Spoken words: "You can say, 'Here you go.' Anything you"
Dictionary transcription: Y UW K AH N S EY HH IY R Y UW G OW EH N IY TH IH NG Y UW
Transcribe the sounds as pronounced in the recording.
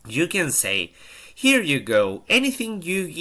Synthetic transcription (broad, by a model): Y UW K AH N S EY HH IY R Y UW G OW EH N IY TH IH NG Y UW